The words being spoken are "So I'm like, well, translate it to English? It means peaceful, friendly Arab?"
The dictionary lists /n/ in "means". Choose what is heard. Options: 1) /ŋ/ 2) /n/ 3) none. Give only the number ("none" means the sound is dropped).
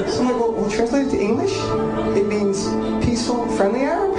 2